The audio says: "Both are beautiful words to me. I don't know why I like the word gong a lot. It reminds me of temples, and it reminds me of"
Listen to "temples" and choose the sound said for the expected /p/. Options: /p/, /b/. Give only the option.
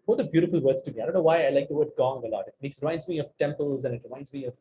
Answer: /p/